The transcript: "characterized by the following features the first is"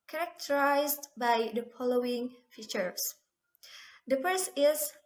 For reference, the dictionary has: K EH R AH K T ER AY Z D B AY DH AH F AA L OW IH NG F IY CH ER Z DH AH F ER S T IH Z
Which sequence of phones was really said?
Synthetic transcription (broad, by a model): K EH R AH K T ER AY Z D B AY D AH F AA L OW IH NG F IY CH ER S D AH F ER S IH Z